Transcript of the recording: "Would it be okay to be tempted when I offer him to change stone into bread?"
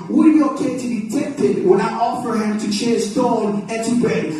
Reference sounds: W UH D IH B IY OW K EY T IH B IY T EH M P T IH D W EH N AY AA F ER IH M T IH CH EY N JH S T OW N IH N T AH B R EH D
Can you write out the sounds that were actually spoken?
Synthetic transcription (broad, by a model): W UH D IH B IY OW K EY T IH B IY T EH P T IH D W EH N AY AA F ER IH M T IH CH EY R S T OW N IH N T AH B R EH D